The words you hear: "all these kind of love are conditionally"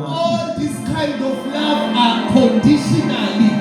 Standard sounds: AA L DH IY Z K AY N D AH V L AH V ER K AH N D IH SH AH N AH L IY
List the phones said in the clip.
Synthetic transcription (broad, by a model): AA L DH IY S K AY N D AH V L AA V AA K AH N D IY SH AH N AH L IY